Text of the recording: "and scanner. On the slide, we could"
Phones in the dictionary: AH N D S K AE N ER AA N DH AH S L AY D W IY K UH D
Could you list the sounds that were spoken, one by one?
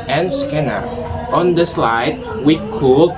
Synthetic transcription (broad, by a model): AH N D S K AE N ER AA N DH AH S L AY D W IY K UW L